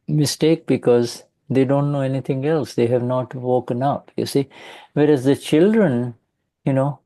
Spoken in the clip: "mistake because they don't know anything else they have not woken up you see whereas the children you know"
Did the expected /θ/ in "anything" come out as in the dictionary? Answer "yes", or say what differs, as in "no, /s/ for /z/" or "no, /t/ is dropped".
no, /t/ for /θ/